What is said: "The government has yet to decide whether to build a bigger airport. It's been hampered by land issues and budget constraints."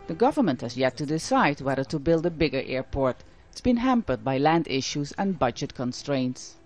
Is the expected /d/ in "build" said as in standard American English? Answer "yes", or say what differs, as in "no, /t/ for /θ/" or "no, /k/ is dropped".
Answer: yes